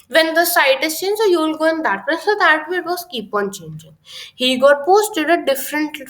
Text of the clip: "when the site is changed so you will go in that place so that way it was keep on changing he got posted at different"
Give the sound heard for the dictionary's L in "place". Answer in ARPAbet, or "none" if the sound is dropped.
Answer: none